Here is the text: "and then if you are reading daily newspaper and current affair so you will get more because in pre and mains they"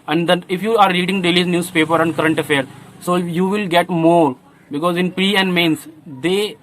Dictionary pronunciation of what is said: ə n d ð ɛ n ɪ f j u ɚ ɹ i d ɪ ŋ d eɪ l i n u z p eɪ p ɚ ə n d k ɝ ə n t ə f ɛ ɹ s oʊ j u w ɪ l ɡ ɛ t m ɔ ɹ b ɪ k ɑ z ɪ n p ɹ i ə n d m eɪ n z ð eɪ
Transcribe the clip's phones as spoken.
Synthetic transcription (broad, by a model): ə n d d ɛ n ɪ f j u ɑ ɹ i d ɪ ŋ d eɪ l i n u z p eɪ p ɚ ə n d k ɝ ə n t ə f ɛ ɹ s oʊ j u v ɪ l ɡ ɛ t m ɔ ɹ b ɪ k ɑ z ɪ n p ɹ i ə n d m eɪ n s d eɪ